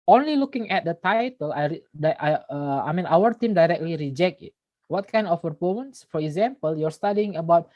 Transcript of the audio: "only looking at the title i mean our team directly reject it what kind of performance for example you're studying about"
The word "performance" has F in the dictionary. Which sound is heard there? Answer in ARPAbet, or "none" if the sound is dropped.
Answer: P